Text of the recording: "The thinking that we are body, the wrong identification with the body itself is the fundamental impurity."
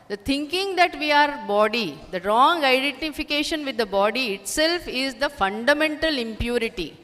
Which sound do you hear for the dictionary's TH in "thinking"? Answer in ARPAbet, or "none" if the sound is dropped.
T